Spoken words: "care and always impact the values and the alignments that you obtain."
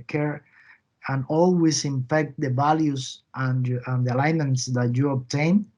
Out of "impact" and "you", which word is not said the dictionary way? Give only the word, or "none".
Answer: impact